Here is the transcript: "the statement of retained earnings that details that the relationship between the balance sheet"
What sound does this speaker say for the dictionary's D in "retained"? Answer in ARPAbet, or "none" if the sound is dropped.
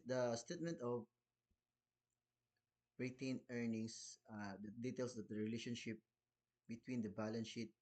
none